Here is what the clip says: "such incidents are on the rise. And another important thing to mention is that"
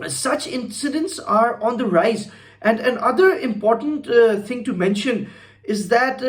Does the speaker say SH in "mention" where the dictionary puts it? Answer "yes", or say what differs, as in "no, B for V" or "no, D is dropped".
yes